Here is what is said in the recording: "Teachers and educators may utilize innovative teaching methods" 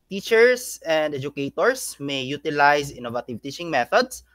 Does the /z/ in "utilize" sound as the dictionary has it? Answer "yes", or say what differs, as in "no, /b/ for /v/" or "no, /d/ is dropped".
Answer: no, /s/ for /z/